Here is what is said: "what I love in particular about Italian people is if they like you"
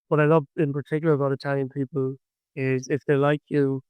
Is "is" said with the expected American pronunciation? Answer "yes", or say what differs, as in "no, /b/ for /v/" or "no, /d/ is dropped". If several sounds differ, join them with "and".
yes